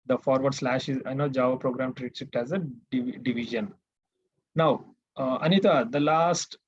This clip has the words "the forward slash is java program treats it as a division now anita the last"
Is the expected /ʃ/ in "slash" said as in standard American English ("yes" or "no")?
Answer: yes